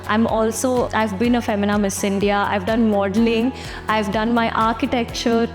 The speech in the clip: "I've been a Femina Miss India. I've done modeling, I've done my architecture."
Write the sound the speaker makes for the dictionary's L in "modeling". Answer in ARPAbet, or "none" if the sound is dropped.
L